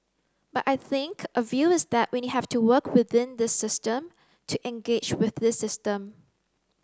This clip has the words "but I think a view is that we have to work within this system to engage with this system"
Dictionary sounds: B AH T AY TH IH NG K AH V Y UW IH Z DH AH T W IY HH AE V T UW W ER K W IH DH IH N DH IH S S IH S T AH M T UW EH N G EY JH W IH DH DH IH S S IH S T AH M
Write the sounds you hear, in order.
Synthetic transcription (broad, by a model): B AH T AY TH IH NG K AH V Y UW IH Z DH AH T W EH HH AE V T UW W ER K W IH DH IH N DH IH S S IH S T AH M T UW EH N G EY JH W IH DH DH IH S S IH S T AH M